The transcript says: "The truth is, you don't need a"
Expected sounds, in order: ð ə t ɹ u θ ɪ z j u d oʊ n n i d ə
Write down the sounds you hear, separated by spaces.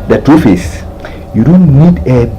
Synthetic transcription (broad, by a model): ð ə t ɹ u f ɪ s j u d oʊ n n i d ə